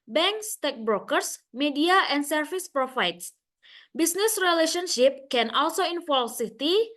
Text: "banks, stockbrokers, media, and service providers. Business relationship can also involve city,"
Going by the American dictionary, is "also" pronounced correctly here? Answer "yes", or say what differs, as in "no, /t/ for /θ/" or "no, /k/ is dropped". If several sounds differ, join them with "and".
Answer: yes